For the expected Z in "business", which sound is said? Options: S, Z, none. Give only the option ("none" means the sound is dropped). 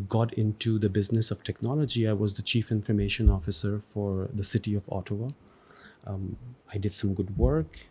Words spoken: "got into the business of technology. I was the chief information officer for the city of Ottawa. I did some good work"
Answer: Z